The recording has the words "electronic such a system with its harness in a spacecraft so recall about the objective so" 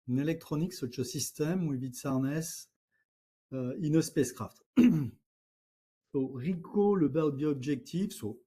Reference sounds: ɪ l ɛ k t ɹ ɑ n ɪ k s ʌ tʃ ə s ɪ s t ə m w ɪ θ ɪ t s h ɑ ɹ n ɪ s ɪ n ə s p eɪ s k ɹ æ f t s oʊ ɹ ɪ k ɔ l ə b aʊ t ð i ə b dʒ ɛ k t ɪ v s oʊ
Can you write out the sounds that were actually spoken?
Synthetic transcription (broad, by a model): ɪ l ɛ k t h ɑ n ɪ k s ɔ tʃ ə s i s t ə m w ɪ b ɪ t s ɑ ɹ n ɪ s ɪ n ə s p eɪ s k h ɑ f t s oʊ ɹ ɪ k ɔ l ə b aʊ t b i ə b ʒ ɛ k t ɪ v s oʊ